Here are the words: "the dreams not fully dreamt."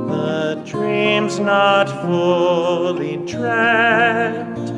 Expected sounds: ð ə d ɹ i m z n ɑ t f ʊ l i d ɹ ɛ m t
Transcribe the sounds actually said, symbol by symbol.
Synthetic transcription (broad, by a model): ð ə d ɹ i m z n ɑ t f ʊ l i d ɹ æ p t